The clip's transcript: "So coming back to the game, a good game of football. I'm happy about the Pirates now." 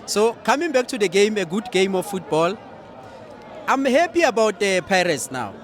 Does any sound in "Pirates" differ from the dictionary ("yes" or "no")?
no